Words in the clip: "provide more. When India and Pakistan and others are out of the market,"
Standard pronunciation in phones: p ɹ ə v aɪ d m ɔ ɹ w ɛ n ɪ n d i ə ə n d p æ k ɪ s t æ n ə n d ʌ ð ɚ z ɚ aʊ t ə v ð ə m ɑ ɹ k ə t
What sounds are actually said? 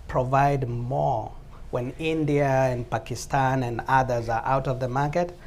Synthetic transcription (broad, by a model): p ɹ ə v aɪ d m ɔ ɹ w ɛ n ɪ n d i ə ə n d p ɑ k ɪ s t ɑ n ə n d ʌ ð ɚ z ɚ aʊ t ə v ð ə m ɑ ɹ k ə t